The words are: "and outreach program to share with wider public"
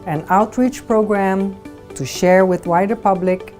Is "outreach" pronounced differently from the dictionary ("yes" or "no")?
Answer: no